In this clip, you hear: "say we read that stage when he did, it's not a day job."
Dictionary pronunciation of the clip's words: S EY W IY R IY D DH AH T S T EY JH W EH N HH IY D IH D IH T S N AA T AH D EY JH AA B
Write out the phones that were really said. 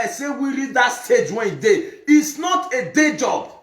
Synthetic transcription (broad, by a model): S EY W IY R IY D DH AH T S T EY JH W EH N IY D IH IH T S N AA T AH D EY JH AA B